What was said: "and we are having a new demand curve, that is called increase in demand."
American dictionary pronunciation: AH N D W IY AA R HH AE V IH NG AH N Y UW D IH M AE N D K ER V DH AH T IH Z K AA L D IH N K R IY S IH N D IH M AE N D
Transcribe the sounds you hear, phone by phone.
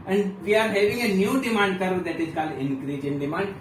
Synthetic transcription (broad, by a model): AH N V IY AA R HH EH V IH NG AH N Y UW D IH M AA N D K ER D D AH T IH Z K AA L IH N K R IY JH IH N D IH M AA N D